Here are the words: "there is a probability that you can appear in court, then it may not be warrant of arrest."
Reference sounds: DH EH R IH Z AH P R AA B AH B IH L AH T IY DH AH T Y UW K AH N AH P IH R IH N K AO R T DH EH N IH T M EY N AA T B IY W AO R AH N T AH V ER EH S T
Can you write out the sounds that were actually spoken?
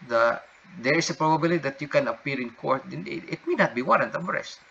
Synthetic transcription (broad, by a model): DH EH R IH S AH P R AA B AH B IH L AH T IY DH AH T Y UW K AH N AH P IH R IH N K AO R T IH IH T M EY N AA T B IY W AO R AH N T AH B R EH S T